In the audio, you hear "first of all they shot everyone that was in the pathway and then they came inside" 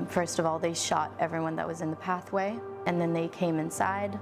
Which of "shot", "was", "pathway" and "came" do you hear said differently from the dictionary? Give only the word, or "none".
none